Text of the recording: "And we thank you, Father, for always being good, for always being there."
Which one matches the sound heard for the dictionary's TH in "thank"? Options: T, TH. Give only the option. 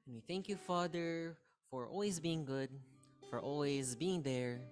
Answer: TH